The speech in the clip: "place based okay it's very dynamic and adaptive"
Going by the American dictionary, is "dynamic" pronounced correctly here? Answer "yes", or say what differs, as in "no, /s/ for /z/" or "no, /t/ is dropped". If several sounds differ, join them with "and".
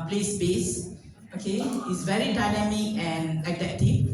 no, /k/ is dropped